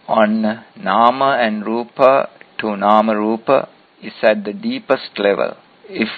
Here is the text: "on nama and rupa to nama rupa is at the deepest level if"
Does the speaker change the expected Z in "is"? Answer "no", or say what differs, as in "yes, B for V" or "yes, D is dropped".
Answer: yes, S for Z